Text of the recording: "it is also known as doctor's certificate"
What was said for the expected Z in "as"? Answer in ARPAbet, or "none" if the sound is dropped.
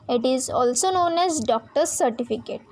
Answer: Z